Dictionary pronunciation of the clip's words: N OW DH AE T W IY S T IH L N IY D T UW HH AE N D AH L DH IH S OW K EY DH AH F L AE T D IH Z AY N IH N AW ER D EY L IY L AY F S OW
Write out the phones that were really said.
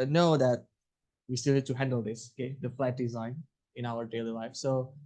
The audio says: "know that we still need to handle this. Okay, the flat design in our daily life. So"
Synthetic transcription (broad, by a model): N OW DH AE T W IY S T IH L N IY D T UW HH AE N D AH L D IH S OW K EY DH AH F L AE T D IH Z AY N IH N AW ER D EY L IY L AY F S OW